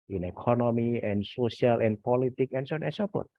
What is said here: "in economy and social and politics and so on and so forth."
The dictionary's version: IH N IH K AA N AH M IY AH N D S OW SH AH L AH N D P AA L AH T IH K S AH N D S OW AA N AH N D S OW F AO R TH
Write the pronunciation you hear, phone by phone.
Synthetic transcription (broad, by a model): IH N IH K AA N AH M IY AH N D S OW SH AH L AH N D P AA L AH T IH K AH N S OW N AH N S OW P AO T